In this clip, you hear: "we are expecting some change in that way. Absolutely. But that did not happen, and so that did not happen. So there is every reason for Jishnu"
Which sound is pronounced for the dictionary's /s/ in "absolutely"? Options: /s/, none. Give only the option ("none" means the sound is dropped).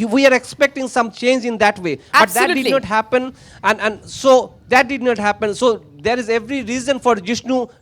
none